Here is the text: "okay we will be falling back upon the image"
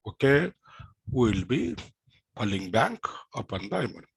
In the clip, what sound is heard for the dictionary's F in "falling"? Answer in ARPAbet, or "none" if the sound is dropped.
P